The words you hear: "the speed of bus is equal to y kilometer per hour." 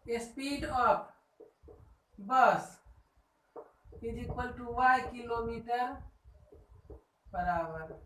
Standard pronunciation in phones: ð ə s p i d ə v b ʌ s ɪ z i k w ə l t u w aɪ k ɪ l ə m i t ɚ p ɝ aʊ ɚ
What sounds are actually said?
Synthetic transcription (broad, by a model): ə s p i d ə p b ʌ s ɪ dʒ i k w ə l t u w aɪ k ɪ l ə m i t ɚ b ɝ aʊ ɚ